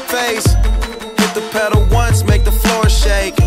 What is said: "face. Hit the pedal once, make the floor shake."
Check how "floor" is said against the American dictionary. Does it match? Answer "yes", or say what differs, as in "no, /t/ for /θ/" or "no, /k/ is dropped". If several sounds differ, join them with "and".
yes